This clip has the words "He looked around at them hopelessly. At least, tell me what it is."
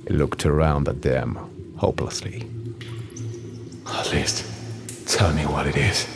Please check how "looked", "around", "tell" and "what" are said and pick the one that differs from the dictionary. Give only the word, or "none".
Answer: none